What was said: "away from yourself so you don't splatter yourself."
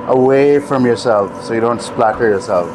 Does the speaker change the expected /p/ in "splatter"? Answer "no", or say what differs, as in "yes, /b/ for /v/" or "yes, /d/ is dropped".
no